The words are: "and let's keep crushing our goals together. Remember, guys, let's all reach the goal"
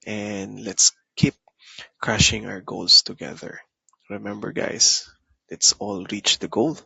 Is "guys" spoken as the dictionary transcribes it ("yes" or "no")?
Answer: no